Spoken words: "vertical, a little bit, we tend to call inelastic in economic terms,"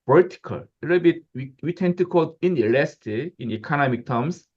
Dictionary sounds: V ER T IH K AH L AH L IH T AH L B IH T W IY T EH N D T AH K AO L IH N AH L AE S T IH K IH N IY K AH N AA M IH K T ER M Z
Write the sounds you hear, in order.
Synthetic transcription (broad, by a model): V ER T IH K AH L AH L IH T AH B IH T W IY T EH N T AH K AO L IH N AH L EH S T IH IH N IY K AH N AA M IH K T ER M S